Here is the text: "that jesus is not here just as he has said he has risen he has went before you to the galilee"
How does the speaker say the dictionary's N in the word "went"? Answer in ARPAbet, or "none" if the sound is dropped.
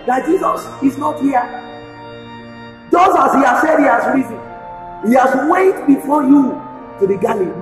none